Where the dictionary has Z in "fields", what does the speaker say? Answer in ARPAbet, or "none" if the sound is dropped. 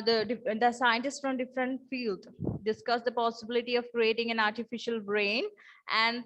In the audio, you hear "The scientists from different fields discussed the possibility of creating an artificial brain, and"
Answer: none